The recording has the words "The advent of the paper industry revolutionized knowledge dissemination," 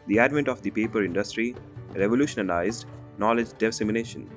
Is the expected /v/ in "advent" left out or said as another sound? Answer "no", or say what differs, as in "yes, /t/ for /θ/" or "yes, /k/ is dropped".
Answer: no